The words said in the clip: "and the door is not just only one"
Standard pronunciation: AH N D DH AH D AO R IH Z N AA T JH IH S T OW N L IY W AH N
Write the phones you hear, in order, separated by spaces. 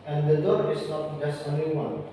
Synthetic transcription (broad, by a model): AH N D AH D AO R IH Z N AA T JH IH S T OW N IY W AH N